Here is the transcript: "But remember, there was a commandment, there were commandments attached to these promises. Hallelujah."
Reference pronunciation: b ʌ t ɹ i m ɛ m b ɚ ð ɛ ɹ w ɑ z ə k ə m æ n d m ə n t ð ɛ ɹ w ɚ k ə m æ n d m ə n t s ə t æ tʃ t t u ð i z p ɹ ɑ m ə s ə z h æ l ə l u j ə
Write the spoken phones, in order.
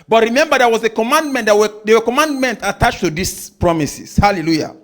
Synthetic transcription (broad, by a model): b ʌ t ɹ i m ɛ m b ɚ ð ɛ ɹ w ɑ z ə k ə m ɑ n d m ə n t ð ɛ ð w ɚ k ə m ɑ n d m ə n t ə t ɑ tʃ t t u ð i s p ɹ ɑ m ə s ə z h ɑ l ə l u j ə